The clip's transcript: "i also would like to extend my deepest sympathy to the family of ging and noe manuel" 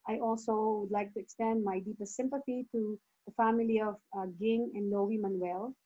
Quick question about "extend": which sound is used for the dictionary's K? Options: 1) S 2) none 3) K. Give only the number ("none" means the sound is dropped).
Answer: 3